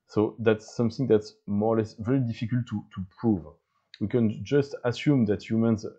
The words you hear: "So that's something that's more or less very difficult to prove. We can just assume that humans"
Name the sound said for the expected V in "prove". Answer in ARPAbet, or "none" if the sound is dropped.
V